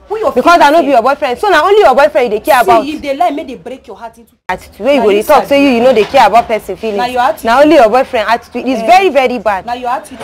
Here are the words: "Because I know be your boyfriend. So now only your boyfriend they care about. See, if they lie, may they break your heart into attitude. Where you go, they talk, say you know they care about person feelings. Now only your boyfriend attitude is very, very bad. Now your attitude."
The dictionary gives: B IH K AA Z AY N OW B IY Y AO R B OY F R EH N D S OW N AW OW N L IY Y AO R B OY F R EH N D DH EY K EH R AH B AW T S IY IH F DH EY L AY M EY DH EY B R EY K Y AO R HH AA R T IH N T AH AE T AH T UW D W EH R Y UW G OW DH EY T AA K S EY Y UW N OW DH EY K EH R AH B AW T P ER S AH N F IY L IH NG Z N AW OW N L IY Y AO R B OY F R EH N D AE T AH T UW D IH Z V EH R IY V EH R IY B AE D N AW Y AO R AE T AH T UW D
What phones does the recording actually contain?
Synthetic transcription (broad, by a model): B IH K AA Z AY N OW B IY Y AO B OY F R EH N D S OW N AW OW N L IY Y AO B OY F R EH N D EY K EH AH AW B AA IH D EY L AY M EY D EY B R EY K Y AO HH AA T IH T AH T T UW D W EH Y UW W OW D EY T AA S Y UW Y UW N OW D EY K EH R AH B AW T P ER S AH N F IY L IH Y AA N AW OW N L IY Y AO B OY F R EH N D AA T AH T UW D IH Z V EH R IY V EH R IY B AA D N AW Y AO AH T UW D